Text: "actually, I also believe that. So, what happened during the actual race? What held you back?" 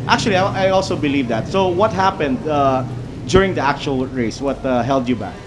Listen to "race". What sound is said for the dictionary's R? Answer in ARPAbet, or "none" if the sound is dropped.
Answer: R